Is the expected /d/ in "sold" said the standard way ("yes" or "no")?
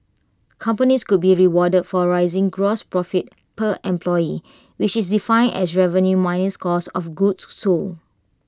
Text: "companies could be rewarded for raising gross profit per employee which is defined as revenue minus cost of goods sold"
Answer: no